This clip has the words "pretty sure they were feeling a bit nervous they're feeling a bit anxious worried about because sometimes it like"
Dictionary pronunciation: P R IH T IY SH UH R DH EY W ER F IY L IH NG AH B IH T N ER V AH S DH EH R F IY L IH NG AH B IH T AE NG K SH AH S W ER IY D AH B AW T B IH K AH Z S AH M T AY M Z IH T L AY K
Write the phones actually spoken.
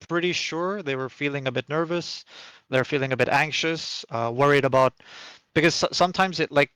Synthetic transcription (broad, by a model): P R IH T IY SH UH R DH EY W ER F IY L IH NG AH B IH T N ER V AH S DH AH R F IY L IH NG AH B IH T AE NG K SH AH S W ER IY D AH B AW T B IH K AH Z S AH M T AY M Z IH T L AY K